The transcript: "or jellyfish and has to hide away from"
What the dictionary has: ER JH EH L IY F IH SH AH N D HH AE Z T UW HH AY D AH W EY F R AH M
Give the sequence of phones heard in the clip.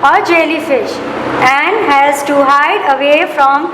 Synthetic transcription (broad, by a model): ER JH EH L IY F IH SH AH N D HH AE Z T UW HH AY D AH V EY F R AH M